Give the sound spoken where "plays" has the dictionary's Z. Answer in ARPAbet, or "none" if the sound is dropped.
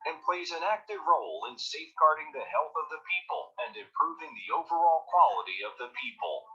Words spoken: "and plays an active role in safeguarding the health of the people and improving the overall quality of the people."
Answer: Z